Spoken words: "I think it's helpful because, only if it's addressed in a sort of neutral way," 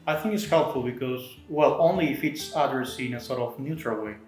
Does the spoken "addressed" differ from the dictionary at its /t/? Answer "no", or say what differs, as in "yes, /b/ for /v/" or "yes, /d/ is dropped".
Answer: yes, /t/ is dropped